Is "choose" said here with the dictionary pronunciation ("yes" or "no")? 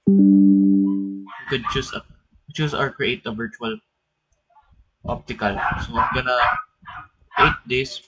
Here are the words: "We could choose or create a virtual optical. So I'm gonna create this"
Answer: no